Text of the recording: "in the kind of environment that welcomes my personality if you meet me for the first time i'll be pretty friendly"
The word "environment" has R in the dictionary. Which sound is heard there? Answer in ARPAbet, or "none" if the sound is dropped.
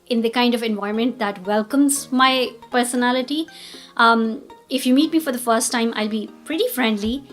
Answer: none